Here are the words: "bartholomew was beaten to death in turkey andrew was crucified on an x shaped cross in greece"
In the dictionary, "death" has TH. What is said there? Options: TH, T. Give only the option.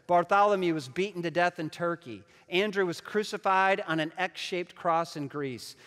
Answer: TH